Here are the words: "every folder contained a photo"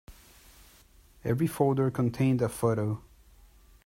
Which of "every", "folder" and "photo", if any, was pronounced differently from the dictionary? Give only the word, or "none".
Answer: none